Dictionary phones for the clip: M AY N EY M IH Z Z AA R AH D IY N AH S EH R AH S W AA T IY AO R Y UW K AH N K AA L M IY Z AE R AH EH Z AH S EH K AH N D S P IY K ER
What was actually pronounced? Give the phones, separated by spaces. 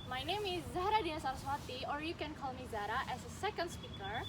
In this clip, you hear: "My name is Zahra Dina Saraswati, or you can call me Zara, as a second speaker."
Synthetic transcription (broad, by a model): M AY N EY M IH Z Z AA R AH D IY AH S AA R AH S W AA T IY AO R Y UW K AH N K AA L M IY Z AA R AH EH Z AH S EH K AH N D S P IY K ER